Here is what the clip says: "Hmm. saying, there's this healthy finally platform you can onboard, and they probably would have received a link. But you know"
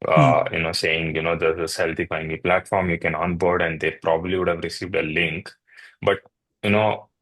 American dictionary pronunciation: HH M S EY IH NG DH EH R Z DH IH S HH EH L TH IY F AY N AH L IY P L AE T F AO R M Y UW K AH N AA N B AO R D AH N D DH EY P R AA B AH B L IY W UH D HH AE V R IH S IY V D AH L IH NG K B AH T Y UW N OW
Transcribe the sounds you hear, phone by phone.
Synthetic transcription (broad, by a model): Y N S EY IH NG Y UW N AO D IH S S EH L T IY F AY AH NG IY P L AE T F AO R M Y UW K AH N AA N B AO R D AH N D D EY P R AA B AH B L IY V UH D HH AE V R IH S IY V D AH L IH NG K B AH T Y UW N OW